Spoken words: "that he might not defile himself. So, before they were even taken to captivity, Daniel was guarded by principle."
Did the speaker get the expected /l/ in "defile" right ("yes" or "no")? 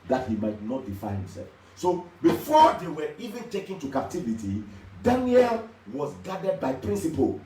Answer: no